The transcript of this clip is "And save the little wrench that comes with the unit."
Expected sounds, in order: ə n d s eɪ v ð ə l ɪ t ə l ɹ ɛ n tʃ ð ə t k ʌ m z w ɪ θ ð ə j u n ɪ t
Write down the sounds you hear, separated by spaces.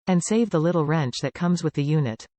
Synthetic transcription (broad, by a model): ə n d s eɪ v ð ə l ɪ t l ɹ ɛ n tʃ ð ə t k ʌ m z w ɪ ð ə j u n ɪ t